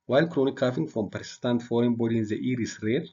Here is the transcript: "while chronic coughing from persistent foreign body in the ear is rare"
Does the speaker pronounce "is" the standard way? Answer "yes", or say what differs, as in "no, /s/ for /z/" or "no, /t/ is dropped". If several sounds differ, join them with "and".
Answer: no, /s/ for /z/